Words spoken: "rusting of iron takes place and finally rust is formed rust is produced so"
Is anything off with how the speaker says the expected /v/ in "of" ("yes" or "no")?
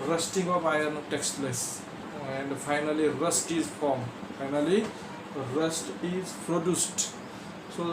yes